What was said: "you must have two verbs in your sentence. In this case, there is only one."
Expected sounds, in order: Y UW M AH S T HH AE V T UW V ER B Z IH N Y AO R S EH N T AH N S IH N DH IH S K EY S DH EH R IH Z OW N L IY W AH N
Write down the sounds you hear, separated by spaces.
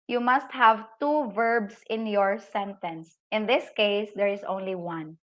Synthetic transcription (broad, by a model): Y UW M AH S T HH AE V T UW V ER B S IH N Y AO R S EH N T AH N S IH N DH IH S K EY S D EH R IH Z OW N L IY W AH N